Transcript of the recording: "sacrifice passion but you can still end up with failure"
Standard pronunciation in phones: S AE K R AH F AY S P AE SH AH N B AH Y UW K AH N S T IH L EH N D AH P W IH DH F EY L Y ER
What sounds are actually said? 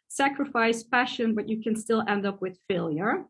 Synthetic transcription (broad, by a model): S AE K R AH F AY S F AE SH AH N B AH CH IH K AH N S T IH L EH N D AH P W IH DH F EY L Y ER